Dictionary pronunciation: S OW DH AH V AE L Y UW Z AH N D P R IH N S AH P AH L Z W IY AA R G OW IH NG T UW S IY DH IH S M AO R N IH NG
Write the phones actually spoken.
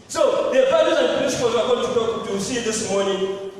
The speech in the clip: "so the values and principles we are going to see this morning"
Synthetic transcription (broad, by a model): S OW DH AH F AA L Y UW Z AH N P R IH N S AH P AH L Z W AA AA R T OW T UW S IY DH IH S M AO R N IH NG